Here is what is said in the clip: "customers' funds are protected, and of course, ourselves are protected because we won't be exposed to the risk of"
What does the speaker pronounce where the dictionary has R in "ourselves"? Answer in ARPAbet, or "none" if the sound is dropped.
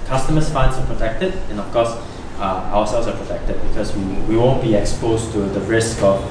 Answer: W